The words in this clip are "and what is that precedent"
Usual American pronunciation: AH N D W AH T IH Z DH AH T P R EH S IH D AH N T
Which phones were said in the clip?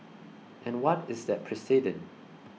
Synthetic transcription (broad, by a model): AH N W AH T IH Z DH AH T P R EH S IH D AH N